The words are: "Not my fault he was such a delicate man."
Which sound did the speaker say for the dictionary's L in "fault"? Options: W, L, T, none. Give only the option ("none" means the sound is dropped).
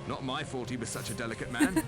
none